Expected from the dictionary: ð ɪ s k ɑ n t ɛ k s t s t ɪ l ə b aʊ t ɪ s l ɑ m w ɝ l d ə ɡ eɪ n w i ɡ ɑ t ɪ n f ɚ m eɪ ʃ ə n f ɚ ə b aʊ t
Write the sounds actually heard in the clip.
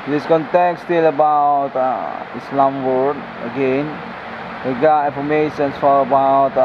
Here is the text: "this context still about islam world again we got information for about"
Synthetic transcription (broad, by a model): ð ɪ s k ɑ n t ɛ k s s t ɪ l ə b aʊ t ɪ s l ɑ m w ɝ d ə ɡ eɪ n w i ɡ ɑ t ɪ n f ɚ m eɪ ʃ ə n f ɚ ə b aʊ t